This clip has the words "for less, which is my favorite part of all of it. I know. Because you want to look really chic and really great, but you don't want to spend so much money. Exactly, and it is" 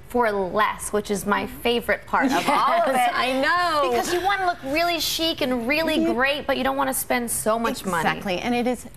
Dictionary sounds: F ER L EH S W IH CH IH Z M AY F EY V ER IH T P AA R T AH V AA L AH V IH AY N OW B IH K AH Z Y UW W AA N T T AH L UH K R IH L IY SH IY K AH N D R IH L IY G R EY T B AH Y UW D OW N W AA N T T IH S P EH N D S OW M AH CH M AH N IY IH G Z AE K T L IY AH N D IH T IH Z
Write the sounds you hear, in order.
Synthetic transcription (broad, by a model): F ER L EH S W IH CH IH Z M AY F EY V ER IH T P AA R T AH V AA L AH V IH AY N OW B IH K AH Z Y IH W AA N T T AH L UH K R IH L IY SH IY K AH N R IH L IY G R EY T B AH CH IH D OW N W AA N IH S P EH N D S OW M AH CH M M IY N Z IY T L IY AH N IH T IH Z